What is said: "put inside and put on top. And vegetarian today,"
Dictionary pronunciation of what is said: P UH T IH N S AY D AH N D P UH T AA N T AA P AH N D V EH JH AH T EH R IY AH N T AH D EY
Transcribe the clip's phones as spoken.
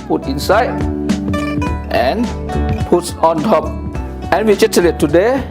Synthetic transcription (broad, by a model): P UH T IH N S AY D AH N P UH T AA N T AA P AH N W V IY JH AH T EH L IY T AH D EY